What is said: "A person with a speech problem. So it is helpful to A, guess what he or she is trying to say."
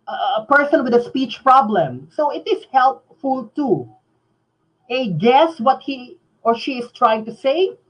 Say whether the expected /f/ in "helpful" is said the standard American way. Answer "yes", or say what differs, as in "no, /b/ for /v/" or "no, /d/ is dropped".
yes